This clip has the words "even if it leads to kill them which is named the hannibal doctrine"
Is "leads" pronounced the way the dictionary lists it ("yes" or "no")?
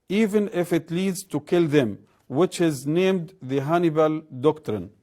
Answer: yes